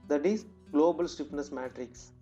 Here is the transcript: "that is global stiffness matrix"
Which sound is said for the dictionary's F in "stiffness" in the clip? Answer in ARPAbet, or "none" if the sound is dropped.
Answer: P